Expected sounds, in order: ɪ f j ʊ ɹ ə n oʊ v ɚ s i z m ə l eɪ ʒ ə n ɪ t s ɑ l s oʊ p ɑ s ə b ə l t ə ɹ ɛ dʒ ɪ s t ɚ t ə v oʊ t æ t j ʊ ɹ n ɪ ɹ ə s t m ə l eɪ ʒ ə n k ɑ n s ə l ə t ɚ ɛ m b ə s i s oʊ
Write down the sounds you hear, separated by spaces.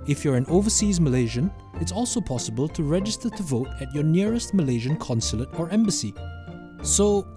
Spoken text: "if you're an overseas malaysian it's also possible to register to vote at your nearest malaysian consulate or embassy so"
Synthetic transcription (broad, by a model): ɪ f j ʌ ɹ ə n oʊ v ɚ s i z m ə l eɪ ʒ ə n ɪ t s ɑ l s oʊ p ɑ s ə b ə l t ə ɹ ɛ dʒ ɪ s t ɚ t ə v oʊ t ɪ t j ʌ ɹ n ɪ ɹ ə s t m ə l eɪ ʒ ə n k ɑ n s ə l ə t ɚ ɛ m b ə s i s oʊ